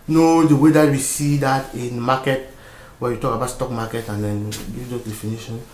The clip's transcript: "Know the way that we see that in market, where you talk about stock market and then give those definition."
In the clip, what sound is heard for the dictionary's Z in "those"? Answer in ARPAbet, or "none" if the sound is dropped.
none